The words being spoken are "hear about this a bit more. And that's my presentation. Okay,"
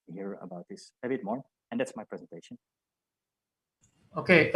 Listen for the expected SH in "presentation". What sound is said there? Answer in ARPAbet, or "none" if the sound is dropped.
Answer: SH